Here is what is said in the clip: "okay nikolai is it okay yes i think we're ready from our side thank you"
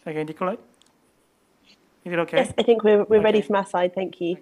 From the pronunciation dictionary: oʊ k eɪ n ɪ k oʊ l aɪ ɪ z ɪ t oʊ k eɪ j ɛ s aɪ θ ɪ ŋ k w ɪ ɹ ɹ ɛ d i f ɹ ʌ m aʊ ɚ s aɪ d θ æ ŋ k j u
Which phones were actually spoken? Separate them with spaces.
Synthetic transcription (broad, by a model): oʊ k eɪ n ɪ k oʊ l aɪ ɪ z ɪ t oʊ k eɪ j ɛ s aɪ θ ɪ ŋ k w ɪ w ɹ ɛ d i f ɹ ʌ m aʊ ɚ s aɪ d θ æ ŋ k j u